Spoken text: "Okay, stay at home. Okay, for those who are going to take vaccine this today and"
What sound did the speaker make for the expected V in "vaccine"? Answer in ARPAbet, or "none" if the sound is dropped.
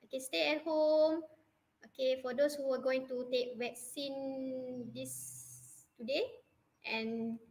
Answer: W